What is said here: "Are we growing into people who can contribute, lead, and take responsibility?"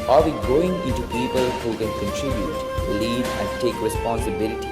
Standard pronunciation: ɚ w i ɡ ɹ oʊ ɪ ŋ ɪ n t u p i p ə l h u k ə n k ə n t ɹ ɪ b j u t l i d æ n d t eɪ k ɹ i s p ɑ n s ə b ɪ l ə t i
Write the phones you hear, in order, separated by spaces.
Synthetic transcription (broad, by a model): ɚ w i ɡ oʊ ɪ ŋ ɪ n t u p i p ə l h u k ə n k ə n t ɹ ɪ b j u t l i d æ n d t eɪ k ɹ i s p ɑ n s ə b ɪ l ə t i